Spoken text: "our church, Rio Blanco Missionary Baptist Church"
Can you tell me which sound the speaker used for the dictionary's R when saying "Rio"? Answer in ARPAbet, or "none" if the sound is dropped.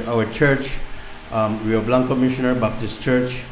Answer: W